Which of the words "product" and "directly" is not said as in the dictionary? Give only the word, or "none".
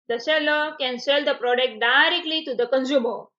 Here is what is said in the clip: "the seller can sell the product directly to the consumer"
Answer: none